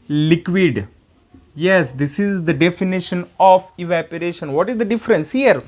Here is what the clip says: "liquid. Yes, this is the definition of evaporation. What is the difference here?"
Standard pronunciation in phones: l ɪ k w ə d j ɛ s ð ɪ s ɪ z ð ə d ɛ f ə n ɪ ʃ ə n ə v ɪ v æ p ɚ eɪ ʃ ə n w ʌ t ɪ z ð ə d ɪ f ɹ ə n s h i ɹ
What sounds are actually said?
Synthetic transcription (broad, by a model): l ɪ k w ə d j ɛ s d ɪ s ɪ z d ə d ɛ f ə n ɪ ʃ ə n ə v ɪ v æ p ɚ eɪ ʃ ə n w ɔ t ɪ z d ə d ɪ f ɹ ə n s h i ɹ